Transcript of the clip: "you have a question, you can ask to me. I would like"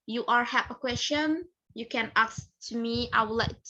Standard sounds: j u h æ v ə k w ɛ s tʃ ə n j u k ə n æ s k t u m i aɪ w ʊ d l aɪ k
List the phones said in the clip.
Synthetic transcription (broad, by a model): j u h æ p ə k w ɛ s tʃ ə n j u k ə n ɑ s t u m i aɪ w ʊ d l aɪ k